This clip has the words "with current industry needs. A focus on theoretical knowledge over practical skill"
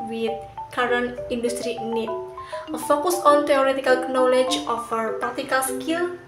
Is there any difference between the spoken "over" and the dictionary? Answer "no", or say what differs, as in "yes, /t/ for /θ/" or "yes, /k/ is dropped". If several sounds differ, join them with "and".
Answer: yes, /f/ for /v/